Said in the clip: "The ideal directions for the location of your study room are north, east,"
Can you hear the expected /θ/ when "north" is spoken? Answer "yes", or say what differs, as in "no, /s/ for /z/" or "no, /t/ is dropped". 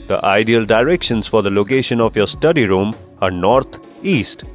no, /t/ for /θ/